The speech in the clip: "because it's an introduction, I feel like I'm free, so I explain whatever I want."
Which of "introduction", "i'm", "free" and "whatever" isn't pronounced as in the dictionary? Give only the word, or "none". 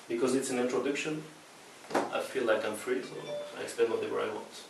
whatever